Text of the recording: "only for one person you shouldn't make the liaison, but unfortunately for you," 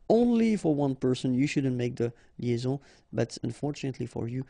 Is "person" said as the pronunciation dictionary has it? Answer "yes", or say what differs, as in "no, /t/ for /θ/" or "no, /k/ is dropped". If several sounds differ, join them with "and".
yes